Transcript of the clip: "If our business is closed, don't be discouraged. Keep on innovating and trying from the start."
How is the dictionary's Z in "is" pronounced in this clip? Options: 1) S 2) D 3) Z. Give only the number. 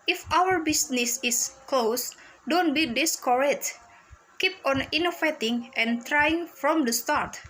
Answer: 1